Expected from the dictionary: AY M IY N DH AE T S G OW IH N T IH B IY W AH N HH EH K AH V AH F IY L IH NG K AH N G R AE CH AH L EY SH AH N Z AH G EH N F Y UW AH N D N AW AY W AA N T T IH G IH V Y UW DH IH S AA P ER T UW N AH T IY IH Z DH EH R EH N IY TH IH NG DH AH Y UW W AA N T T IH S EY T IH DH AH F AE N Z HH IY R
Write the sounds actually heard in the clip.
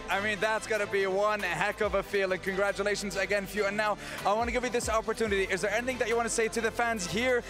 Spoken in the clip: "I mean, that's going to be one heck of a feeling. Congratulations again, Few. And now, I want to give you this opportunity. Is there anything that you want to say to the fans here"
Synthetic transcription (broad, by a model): AY M IY N DH AE T S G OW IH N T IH B IY W AH N HH EH K AH V AH F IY L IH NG K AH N G R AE CH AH L EY SH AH N Z AH G EH N F Y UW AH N N AW AY W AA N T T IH G IH V Y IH DH IH S AA P ER T UW N AH T IY IH Z DH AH R EH N IY TH IH NG DH AH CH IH W AA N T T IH S EY T IH DH AH F AE N Z HH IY R